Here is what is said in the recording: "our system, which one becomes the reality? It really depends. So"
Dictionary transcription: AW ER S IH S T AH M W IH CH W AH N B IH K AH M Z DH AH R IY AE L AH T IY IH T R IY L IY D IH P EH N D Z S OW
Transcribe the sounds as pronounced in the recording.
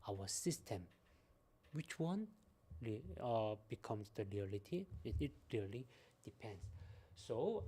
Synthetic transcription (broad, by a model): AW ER S IH S T AH M W IH CH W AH N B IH K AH M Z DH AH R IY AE L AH T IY IH T L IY L IY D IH P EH N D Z S OW